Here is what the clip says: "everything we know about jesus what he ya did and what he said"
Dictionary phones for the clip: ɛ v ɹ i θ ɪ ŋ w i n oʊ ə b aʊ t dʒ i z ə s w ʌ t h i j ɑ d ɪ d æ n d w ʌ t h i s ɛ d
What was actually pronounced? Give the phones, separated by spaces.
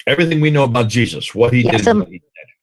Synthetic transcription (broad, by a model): ɛ v ɹ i θ ɪ ŋ w i n oʊ ə b aʊ t dʒ i z ə s w ʌ t h i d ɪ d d w ʌ t h i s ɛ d